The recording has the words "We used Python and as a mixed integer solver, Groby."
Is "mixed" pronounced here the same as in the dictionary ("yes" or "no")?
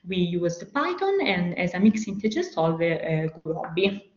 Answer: no